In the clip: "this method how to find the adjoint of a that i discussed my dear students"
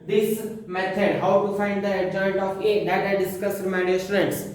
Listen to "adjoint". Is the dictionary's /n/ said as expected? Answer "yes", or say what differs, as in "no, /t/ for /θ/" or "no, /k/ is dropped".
no, /n/ is dropped